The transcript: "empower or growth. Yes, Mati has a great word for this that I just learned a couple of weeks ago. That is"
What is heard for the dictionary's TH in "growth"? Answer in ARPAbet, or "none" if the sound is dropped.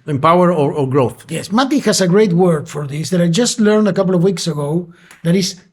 TH